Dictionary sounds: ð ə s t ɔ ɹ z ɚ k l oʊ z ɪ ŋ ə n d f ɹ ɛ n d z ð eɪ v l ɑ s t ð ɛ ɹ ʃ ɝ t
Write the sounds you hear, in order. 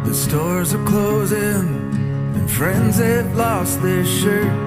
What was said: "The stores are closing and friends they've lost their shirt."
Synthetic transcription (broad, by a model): ð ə s t ɔ ɹ z ɚ k l oʊ z ɪ ŋ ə n f ɹ ɛ n d z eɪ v l ɑ s t ð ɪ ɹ ʃ ɝ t